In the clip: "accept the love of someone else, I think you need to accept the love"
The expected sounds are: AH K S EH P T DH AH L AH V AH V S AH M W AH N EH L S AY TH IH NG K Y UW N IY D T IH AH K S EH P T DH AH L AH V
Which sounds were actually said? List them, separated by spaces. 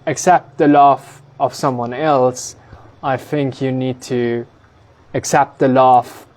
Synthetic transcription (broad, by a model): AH K S EH P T DH AH L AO F AH V S AH M W AH N EH L S AY TH IH NG K Y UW N IY D T IH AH K S EH P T DH AH L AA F